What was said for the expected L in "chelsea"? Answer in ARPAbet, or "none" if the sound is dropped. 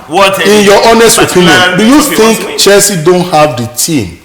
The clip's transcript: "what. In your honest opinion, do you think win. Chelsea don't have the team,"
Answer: none